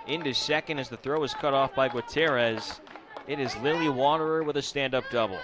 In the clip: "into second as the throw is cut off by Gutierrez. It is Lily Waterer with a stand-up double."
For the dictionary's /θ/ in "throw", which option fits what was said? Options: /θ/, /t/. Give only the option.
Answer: /θ/